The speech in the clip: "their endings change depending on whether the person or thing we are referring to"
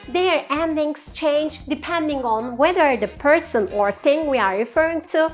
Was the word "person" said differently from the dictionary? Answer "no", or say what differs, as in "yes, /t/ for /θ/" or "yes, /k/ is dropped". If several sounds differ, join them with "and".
no